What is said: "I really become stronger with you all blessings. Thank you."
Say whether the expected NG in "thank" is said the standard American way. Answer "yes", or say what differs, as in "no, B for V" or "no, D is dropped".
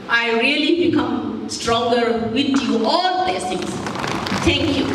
no, NG is dropped